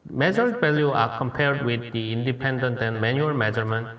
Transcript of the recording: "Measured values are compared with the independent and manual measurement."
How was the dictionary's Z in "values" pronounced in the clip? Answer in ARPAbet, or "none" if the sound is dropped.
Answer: none